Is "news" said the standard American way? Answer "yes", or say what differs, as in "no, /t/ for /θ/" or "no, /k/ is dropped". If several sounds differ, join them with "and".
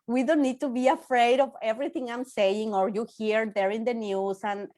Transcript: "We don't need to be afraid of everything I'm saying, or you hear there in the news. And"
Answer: no, /s/ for /z/